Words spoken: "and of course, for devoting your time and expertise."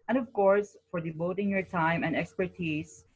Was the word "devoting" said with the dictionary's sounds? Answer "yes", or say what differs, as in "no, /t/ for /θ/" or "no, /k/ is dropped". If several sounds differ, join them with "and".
no, /b/ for /v/